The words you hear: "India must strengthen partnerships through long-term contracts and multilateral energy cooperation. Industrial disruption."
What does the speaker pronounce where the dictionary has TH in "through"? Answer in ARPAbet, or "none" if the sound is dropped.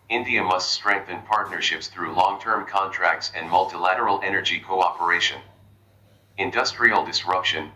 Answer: TH